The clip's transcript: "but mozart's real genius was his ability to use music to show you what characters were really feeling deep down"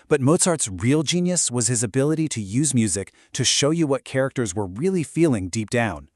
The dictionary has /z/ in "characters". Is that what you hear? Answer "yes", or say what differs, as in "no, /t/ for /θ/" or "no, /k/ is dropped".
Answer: yes